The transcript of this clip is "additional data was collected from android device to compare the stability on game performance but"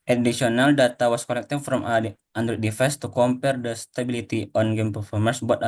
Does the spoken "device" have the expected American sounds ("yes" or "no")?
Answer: no